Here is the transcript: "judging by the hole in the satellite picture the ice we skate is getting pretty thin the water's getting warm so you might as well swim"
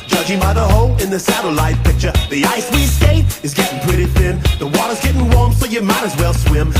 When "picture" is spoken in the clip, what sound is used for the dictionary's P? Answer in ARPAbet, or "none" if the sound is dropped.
P